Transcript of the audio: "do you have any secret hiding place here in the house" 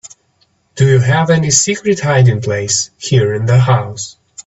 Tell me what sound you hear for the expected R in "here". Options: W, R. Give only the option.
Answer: R